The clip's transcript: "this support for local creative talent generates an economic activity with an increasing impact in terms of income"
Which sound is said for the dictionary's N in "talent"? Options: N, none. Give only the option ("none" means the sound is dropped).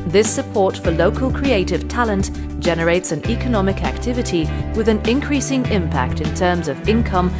N